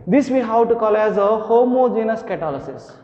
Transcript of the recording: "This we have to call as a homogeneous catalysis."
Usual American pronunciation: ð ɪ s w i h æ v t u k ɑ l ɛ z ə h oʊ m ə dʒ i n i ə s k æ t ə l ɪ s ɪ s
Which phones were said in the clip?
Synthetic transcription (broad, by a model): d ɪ s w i h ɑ w t u k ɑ l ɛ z ə h oʊ m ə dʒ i n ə s k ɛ t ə l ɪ s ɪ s